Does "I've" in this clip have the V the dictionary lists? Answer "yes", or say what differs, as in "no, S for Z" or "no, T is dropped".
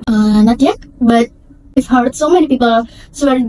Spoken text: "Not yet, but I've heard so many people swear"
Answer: no, F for V